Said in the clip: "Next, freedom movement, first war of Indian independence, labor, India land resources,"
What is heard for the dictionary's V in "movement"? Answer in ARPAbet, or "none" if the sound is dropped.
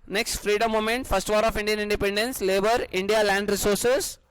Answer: none